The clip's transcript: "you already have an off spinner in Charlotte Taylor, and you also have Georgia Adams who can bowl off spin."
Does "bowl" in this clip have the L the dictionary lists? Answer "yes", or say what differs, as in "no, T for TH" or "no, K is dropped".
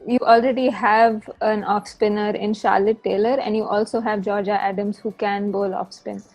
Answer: yes